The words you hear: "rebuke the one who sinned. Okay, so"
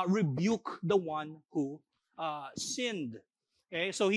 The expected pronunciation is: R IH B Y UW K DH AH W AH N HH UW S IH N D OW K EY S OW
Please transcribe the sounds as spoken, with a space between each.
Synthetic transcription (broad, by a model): R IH B Y UW K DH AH W AH N HH UW S IH N D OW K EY S OW